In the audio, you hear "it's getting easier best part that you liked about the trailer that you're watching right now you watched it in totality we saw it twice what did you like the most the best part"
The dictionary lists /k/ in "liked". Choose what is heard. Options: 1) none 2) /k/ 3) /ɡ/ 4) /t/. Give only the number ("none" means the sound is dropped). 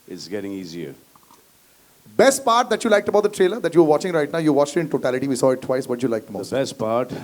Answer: 2